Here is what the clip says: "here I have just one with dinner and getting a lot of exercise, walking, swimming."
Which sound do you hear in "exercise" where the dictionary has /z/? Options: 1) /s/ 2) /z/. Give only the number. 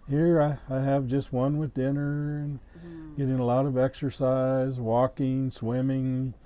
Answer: 2